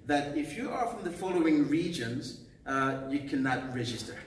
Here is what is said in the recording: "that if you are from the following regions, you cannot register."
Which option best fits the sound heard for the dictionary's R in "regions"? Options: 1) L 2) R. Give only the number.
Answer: 2